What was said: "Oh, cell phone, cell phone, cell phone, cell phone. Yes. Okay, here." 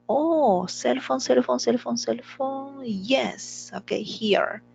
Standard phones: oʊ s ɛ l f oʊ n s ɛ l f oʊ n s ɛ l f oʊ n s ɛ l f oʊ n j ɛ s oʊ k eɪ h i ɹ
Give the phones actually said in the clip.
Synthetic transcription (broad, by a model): oʊ s ɛ l f oʊ n s ɛ l f oʊ n s ɛ l f oʊ n s ɛ l f oʊ n j ɛ s oʊ k eɪ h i ɹ